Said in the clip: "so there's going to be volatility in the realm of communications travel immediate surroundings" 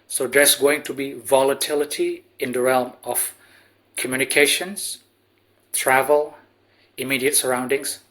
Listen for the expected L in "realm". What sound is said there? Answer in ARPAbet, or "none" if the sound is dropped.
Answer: L